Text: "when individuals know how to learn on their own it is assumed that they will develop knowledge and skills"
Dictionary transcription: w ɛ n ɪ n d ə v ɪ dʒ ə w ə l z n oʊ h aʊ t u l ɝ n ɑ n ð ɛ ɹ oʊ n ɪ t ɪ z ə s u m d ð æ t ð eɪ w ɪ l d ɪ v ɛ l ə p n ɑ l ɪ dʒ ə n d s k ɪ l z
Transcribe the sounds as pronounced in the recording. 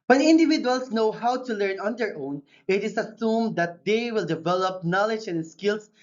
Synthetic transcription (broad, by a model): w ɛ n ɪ n d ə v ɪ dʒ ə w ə l s n oʊ h aʊ t u l ɝ n ɑ n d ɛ ɹ oʊ n ɪ t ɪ s ə s u m d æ t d eɪ w ɪ l d ɪ v ɛ l ə p n ɑ l ɪ dʒ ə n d s k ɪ l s